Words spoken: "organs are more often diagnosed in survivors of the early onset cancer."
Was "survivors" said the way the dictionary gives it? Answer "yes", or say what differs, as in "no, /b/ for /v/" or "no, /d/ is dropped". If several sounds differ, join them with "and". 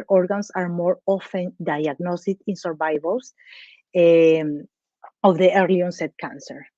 no, /s/ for /z/